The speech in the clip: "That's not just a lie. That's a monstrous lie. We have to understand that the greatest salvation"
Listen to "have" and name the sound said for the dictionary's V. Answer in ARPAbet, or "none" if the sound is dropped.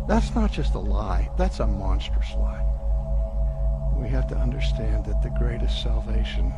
F